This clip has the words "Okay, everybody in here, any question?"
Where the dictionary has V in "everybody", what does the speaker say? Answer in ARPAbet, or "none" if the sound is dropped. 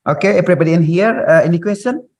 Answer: P